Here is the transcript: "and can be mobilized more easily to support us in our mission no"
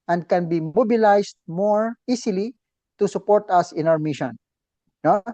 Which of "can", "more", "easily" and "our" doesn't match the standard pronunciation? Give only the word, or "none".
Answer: easily